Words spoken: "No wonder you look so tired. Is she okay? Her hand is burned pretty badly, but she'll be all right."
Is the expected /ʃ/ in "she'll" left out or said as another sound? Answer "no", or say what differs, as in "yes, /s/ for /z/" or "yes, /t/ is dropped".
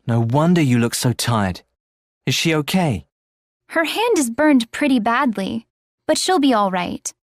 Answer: no